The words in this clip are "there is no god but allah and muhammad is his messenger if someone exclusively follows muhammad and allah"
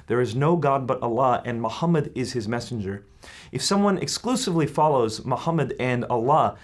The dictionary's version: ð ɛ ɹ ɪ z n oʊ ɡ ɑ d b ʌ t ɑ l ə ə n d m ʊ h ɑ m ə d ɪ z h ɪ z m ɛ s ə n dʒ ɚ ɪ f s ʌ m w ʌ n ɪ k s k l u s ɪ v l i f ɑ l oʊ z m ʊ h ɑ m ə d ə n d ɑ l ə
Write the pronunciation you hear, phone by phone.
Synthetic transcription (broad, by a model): ð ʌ ɹ ɪ z n oʊ ɡ ɑ d b ʌ t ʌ l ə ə n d m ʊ h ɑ m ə d ɪ z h ɪ z m ɛ s n dʒ ɚ ɪ f s ʌ m w ʌ n ɪ k s k l u s ɪ v l i f ɑ l oʊ z m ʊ h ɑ m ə d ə n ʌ l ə